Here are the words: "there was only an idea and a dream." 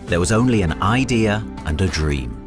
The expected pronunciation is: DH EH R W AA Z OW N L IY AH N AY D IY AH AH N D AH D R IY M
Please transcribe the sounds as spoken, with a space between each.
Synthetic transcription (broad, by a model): DH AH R W AA Z OW N L IY AH N AY D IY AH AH N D AH D R IY M